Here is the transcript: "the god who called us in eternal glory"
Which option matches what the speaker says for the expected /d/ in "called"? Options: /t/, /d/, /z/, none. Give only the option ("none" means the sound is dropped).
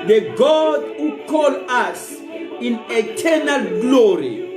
none